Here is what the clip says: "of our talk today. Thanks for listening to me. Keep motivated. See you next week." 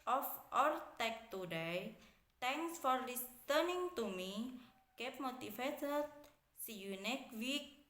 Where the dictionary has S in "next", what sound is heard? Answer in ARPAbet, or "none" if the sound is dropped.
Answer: none